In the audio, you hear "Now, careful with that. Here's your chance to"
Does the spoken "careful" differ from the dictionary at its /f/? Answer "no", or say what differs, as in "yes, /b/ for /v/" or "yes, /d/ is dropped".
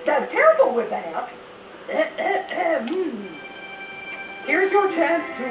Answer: yes, /f/ is dropped